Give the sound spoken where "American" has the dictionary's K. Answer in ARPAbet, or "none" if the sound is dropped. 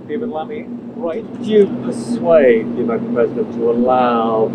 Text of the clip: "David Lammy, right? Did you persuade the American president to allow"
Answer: none